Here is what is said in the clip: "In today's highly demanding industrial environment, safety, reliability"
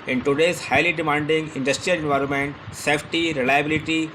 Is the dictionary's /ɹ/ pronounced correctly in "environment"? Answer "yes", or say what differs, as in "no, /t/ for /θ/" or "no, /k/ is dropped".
yes